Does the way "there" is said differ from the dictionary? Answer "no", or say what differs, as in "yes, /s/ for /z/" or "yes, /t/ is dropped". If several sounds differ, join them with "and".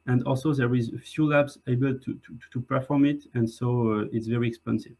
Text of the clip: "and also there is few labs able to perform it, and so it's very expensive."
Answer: no